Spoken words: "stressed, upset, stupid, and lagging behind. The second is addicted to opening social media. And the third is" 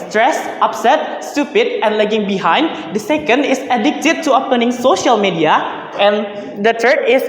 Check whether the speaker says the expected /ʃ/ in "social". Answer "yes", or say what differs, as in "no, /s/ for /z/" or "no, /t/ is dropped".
yes